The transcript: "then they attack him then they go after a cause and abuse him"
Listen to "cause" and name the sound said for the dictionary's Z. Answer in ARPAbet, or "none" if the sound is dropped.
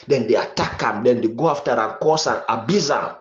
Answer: S